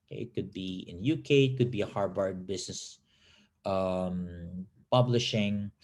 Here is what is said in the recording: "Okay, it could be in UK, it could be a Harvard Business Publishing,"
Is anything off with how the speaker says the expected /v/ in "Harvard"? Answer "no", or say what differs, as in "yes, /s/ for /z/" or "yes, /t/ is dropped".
yes, /b/ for /v/